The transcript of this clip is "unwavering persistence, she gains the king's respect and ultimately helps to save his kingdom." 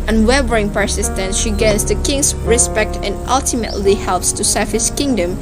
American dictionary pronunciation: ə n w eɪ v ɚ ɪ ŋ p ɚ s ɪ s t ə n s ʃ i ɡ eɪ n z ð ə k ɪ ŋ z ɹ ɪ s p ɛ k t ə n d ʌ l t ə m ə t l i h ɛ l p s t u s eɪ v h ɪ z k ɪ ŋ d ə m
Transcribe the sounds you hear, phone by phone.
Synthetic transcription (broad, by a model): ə n w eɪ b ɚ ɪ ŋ p ɚ s ɪ s t ə n s ʃ i ɡ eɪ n s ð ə k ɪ ŋ s ɹ ɪ s p ɛ k t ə n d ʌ l t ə m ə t l i h ɛ l p s t u s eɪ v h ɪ s k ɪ ŋ d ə m